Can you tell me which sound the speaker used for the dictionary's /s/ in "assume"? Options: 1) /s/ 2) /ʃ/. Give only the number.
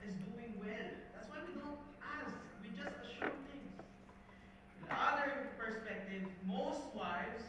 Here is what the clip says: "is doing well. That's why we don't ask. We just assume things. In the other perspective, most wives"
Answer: 2